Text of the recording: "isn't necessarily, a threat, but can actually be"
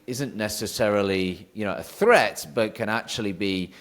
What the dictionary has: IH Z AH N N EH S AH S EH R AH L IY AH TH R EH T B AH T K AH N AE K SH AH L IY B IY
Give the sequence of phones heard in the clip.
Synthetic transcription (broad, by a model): IH Z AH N N EH S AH S EH R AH L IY AH TH R EH T B AH T K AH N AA K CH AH L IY B IY